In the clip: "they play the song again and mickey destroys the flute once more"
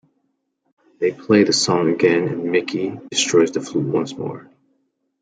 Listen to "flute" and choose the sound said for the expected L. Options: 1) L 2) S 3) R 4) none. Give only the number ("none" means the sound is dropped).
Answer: 1